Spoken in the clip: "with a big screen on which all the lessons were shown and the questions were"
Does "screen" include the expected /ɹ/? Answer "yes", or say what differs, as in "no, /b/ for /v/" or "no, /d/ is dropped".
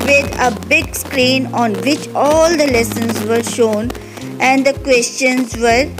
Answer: yes